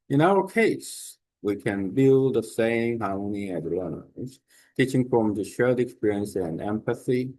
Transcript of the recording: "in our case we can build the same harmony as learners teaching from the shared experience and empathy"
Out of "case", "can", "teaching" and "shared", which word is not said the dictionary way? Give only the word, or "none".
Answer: shared